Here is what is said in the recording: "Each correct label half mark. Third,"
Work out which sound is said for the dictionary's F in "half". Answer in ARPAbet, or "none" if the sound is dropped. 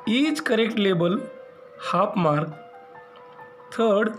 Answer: P